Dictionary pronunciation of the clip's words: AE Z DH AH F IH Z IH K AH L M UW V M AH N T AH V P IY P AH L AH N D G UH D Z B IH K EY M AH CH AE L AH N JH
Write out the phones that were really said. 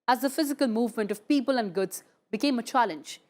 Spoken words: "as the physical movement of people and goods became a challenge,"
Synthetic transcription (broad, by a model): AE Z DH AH F IH Z IH K AH L M UW V M AH N T AH V P IY P AH L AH N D G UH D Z B IH K EY M AH CH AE L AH N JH